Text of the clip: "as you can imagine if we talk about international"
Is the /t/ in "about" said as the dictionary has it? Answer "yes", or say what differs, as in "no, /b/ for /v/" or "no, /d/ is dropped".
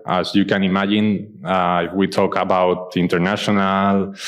yes